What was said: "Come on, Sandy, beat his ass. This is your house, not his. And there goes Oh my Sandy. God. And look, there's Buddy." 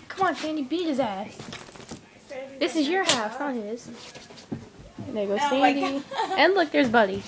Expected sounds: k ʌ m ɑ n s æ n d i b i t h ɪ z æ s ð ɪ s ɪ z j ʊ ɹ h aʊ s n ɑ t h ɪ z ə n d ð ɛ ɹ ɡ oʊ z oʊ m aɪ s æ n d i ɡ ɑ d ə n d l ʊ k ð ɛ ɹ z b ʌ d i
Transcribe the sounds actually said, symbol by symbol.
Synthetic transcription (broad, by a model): k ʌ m ɑ n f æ n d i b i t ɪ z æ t ð ɪ s ɪ z j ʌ ɹ h aʊ s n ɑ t h ɪ z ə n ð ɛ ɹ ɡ oʊ ʊ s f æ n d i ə n l ʊ k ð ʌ ɹ z b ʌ d i